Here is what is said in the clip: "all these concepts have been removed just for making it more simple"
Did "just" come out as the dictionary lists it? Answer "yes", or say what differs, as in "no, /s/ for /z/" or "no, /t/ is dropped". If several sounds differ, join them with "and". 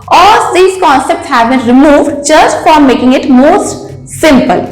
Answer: no, /tʃ/ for /dʒ/